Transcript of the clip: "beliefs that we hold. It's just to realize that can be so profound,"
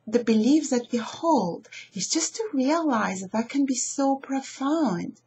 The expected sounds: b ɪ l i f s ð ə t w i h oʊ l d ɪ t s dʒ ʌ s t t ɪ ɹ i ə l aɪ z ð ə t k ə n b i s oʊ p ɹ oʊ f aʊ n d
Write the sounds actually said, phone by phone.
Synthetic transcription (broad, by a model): b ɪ l i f ð ə t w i h oʊ l d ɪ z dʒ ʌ s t t ɪ ɹ i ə l aɪ z ð ə t k ə n b i s oʊ p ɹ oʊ f aʊ n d